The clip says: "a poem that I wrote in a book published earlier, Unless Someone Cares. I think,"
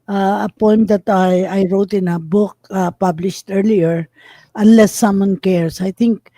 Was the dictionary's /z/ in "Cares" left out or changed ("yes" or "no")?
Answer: yes